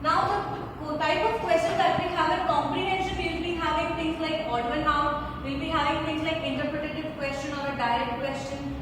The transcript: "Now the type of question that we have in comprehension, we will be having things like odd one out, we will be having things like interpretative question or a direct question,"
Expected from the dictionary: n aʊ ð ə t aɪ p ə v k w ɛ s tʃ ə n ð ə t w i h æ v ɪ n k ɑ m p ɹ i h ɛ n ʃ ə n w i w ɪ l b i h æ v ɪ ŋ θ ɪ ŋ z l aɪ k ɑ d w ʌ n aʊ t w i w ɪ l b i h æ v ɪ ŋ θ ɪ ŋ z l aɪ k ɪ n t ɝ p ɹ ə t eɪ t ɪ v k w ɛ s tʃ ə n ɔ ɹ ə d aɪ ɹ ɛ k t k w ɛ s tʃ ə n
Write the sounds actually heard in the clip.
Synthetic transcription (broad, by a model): n aʊ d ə t aɪ p ə v k w ɛ s tʃ ə n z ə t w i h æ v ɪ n k ɑ m p ɹ i h ɛ n ʃ ə n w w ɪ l b i h æ v ɪ ŋ t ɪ ŋ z l aɪ k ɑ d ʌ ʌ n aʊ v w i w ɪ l b i h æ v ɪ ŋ t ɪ ŋ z l aɪ k ɪ n t ɝ p ɹ ə t eɪ t ɪ v k w ɛ s tʃ ə n ɔ ɹ ə d aɪ ɹ ɛ k t k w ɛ s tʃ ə n